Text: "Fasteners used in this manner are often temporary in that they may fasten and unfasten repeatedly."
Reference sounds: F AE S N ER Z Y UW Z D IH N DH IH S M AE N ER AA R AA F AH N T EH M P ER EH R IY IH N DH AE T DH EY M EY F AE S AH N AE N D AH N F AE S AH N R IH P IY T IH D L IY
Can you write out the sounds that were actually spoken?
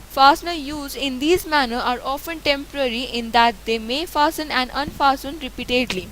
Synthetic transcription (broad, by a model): F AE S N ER Y UW Z D IH N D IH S M AE N ER AA R AA F AH N T EH M P ER EH R IY IH N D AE T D EY M EY F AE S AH N AE N D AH N F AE S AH N R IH P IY T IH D L IY